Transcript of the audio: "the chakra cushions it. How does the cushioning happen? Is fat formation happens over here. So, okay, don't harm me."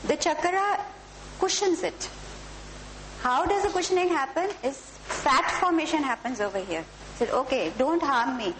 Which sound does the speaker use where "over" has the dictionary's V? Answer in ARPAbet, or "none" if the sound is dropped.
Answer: V